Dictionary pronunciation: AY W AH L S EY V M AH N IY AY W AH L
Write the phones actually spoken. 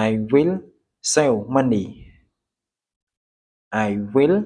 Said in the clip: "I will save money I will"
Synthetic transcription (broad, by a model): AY W AH L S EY W M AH N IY AY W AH L